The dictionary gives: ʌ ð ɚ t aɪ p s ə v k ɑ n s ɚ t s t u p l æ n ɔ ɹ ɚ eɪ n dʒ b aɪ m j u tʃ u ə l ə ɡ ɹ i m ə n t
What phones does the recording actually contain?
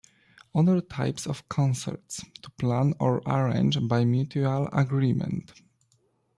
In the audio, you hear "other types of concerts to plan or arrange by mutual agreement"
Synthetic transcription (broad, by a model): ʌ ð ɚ t aɪ p s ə f k ɑ n s ɚ t s t u p l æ n ɔ ɹ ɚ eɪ n dʒ b aɪ m j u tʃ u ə l ə ɡ ɹ i m ə n t